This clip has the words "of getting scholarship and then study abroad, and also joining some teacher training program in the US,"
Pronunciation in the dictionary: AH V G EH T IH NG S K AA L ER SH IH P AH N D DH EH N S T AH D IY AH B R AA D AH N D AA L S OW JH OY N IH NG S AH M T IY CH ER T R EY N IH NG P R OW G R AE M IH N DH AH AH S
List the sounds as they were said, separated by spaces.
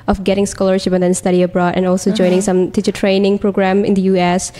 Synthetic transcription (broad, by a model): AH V G EH T IH NG S K AA L ER SH IH P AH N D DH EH N S T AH D IY AH B R AA D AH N AA L S OW JH OY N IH NG S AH M T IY CH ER T R EY N IH NG P R OW G R AE M IH N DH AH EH S